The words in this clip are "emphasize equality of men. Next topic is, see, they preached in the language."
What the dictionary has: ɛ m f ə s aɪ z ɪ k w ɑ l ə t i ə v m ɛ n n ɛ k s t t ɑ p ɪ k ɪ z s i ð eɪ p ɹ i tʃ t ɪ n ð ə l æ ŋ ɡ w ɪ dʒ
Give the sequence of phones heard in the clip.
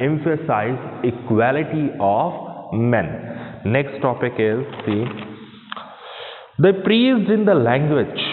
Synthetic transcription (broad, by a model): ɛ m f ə s aɪ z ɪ k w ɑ l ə t i ə v m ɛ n n ɛ k s t t ɑ p ɪ k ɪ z s i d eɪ p ɹ i s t ɪ n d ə l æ ŋ ɡ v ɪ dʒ